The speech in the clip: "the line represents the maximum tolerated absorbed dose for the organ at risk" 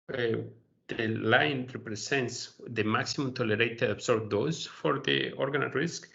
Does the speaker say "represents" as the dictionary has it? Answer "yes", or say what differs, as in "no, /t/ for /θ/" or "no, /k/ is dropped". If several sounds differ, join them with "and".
no, /s/ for /z/